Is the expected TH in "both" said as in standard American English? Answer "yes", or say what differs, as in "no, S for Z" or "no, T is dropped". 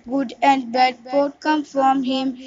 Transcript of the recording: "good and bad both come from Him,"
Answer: no, T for TH